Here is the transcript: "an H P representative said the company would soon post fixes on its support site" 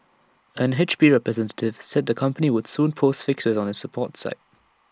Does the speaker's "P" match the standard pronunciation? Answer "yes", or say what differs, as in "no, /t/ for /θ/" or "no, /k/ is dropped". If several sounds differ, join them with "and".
no, /b/ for /p/